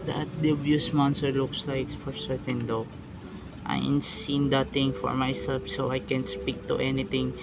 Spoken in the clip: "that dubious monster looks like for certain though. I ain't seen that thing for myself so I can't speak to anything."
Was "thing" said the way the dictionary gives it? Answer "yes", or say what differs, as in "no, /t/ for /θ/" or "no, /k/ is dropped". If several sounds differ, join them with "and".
no, /t/ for /θ/